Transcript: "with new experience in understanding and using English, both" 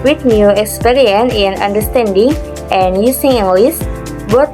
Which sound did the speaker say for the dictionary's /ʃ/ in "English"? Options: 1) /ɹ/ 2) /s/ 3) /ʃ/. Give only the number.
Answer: 2